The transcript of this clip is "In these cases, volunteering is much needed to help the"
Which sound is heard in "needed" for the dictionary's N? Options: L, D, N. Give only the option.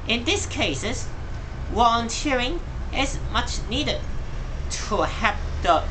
N